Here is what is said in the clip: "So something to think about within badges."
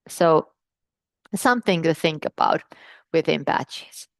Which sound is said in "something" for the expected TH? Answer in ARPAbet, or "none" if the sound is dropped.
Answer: TH